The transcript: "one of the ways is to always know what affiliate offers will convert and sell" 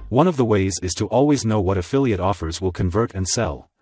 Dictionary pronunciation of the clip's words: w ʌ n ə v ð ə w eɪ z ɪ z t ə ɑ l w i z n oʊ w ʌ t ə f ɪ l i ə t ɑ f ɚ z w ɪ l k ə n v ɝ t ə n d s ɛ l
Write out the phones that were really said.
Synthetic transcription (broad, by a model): w ʌ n ə v ð ə w eɪ z ɪ z t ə ɑ l w i z n oʊ w ʌ t ə f ɪ l i ə t ɑ f ɚ z w ɪ l k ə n v ɝ t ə n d s ɛ l